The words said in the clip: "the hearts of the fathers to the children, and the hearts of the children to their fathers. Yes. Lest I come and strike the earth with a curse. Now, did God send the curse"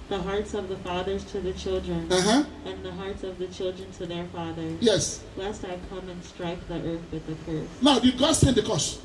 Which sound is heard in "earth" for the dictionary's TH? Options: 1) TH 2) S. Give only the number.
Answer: 1